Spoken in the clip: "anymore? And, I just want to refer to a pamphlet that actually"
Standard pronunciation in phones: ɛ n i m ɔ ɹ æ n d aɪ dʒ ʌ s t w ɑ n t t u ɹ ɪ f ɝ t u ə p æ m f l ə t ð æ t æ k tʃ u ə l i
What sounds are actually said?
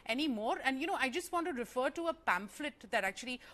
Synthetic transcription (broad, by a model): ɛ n i m ɔ ɹ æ n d aɪ dʒ ʌ s t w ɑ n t t u ɹ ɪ f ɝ t u ə p æ m f l ə t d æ t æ k tʃ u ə l i